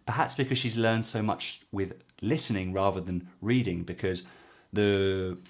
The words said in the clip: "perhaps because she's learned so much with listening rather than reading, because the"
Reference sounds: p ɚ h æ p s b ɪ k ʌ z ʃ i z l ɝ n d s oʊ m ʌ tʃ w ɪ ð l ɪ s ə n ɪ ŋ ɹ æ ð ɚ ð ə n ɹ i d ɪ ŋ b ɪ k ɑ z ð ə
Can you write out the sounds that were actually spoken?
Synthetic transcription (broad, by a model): p ɚ h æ p s b ɪ k ʌ z ʃ i z l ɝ n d s oʊ m ʌ tʃ w ɪ ð l ɪ s ə n ɪ ŋ ɹ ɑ ð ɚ ð ə n ɹ i d ɪ ŋ b ɪ k ɑ z ð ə